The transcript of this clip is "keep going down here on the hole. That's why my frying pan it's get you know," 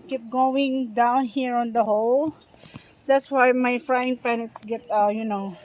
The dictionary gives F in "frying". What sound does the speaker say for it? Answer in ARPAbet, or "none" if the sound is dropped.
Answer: F